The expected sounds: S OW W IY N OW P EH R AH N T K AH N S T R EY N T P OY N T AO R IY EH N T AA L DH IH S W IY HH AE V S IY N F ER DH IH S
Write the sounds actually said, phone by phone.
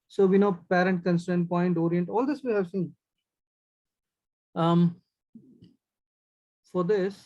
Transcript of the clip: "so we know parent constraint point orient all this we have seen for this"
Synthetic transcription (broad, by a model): S OW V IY N OW P EH R AH N T K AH N S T EY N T P OY N T AO R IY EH N T AA L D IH S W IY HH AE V S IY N F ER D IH S